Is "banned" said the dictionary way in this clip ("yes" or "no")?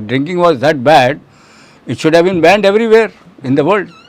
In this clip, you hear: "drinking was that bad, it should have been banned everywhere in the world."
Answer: yes